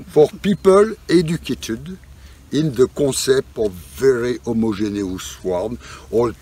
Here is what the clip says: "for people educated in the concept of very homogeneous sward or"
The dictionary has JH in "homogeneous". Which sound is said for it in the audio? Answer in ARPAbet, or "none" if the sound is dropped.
ZH